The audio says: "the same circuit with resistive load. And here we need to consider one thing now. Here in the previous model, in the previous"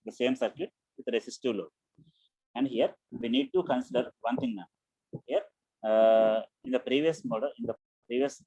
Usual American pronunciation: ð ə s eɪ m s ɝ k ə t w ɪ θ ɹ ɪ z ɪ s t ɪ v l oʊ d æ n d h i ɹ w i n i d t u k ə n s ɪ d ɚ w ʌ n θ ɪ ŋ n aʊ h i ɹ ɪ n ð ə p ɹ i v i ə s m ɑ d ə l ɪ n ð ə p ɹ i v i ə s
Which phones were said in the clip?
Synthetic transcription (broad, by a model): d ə s eɪ m s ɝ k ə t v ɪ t ɹ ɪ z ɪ s t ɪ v l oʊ æ n d h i ɹ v i n i d t u k ə n s ɪ d ɚ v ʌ n t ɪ ŋ n aʊ h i ɹ ɪ n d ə p ɹ i v i ə s m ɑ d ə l ɪ n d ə p ɹ i v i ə s